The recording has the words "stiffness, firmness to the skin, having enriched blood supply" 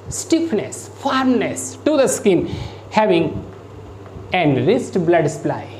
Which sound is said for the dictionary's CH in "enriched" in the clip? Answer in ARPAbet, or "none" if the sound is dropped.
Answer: S